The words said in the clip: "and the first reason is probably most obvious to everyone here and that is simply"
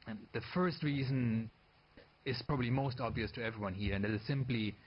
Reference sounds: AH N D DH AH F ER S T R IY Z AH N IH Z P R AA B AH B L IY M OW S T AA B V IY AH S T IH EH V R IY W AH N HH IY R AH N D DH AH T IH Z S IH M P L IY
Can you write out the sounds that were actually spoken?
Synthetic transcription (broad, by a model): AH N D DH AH F ER S T R IY Z AH N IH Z P R AA B AH B L IY M OW S T AA B V IY AH S T IH EH V R IY W AH N HH IY R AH N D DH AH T IH Z S IH M P L IY